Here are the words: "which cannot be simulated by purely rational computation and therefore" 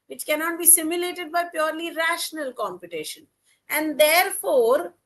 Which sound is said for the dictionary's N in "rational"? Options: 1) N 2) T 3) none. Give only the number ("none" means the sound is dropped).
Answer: 1